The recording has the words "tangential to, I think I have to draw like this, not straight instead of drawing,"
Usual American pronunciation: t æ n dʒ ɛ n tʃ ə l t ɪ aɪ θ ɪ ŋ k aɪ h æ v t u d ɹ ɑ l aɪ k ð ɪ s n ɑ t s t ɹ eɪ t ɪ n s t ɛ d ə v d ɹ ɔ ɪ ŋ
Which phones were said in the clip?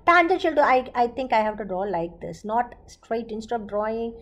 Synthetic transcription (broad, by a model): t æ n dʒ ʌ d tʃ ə l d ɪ aɪ t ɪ ŋ k aɪ h æ v t u d ɹ ɑ l aɪ k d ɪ s n ɑ t s t ɹ eɪ t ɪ n s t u ə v d ɹ ɔ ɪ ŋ